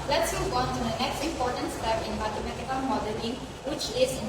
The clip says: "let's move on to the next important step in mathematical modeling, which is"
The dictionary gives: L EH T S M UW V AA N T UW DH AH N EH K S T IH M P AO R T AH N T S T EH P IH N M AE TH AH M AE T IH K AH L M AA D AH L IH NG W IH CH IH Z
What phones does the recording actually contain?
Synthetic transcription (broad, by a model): L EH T S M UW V AA N T UW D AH N EH K S T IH M P AO T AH N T S T EH P IH N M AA T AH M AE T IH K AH N M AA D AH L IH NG W IH CH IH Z